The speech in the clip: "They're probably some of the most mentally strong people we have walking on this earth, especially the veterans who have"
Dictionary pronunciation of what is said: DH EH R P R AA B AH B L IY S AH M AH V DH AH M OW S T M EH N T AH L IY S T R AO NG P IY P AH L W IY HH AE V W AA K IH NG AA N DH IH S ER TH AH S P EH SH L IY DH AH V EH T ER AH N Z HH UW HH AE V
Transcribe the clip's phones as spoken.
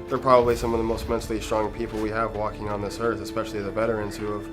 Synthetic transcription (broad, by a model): DH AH R P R AA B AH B L IY S AH M AH V DH AH M OW S T M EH N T L IY S T R AO NG P IY P L W IY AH V W AA K IH NG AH N DH IH S ER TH AH S P EH SH L IY DH AH B EH T ER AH N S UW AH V